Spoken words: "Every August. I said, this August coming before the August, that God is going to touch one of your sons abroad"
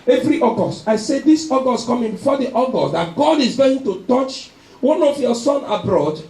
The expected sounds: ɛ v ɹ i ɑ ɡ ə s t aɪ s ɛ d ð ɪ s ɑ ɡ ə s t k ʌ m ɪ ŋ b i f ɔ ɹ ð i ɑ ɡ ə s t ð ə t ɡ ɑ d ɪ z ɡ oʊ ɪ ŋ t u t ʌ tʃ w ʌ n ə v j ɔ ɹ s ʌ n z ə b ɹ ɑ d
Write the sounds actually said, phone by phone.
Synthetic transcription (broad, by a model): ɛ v ɹ i ɑ ɡ ə s t aɪ s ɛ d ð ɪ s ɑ ɡ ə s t k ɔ m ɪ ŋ b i f ɔ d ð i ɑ ɡ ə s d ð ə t ɡ ɑ d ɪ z ɡ oʊ ɪ ŋ t u t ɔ tʃ w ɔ n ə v j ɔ s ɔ n ə b ɹ ɑ d